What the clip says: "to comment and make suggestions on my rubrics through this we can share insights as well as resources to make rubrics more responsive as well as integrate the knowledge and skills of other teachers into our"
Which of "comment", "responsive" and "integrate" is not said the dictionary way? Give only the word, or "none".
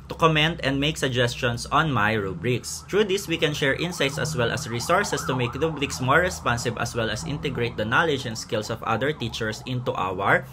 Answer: responsive